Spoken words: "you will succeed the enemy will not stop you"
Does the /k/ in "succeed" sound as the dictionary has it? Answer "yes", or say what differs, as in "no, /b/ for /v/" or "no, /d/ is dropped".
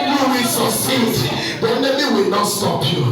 no, /k/ is dropped